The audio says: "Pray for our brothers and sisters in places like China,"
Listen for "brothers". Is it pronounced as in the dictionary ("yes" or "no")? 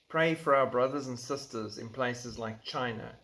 yes